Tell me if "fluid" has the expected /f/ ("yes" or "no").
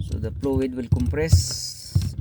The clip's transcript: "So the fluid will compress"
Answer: no